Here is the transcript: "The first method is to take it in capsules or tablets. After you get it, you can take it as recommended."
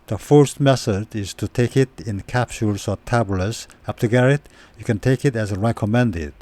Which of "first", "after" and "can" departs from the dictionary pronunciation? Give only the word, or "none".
after